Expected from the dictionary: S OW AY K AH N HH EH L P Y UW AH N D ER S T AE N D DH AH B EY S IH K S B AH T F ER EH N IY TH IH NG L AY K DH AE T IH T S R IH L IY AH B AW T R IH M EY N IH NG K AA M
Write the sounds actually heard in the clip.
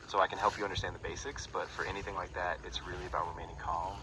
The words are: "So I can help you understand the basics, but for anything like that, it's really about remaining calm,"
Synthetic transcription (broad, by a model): S OW AY K AH N HH EH L P Y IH AH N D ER S T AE N DH AH B EY S IH K S B AH T F ER EH N IY TH IH NG L AY K DH AE T IH T S R IH L IY AH B AW T R IH M EY N IH NG K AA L